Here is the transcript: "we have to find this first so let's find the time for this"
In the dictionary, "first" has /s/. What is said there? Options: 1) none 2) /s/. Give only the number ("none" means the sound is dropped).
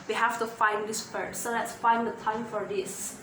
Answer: 1